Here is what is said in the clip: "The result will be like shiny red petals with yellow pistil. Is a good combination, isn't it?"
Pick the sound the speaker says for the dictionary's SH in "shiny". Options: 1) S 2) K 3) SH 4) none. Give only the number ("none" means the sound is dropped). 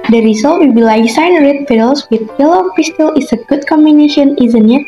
1